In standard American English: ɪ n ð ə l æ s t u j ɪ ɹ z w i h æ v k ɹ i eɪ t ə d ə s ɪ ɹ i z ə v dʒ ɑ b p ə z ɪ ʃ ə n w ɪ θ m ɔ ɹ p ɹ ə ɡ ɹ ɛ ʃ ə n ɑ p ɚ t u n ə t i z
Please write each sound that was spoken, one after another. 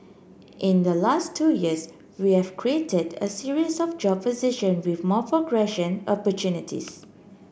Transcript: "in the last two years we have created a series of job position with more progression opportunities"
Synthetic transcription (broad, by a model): ɪ n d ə l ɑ s t u j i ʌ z w i h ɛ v k ɹ i eɪ t ə d ə s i ɹ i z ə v dʒ ɑ b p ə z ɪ ʃ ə n w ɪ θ m ɔ p ɹ ə ɡ ɹ ɛ ʃ ə n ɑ p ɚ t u n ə t i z